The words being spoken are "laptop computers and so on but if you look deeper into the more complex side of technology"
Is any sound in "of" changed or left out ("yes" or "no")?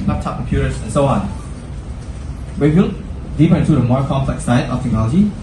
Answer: yes